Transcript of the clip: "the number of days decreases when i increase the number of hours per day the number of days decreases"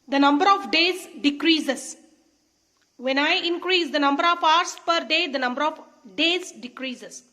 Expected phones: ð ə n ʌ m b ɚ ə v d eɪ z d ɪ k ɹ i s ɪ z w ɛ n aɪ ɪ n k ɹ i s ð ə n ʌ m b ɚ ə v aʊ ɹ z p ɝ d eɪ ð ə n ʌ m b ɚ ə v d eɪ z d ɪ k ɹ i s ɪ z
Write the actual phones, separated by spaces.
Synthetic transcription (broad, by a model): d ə n ʌ m b ɚ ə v d eɪ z d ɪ k ɹ i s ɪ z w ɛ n aɪ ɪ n k ɹ i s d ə n ʌ m b ɚ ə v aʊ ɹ s p ɝ d eɪ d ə n ʌ m b ɚ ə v d eɪ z d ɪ k ɹ i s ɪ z